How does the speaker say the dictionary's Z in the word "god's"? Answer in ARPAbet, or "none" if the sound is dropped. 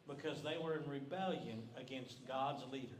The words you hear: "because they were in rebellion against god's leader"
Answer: Z